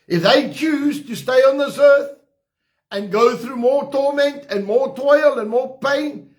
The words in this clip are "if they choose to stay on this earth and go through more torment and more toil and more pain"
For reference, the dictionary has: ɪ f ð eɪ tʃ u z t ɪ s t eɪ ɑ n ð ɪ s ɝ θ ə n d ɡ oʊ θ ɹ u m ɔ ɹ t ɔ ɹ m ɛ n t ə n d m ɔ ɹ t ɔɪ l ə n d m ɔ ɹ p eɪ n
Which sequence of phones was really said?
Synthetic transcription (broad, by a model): ɪ f ð eɪ tʃ u z t ɪ s t eɪ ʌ n ð ɪ s ɝ θ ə n ɡ oʊ θ ɹ u m ɔ ɹ t ɔ ɹ m ɛ n t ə n m ɔ ɹ t ɔɪ l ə n m ɔ ɹ p eɪ n